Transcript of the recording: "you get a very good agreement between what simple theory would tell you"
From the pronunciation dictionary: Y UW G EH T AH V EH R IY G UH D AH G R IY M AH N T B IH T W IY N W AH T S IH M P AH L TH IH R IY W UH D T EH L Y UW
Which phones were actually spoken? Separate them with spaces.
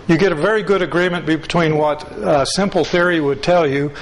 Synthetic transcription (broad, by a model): Y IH G EH T AH V EH R IY G UH D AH G R IY M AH N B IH T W IY N W AH T S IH M P L TH IH R IY W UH D T EH L Y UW